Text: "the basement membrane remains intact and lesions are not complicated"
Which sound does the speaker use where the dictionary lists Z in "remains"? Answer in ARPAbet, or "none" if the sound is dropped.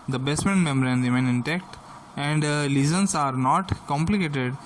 none